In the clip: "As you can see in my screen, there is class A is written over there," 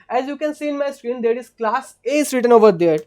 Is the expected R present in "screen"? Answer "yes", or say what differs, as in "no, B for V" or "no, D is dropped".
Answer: yes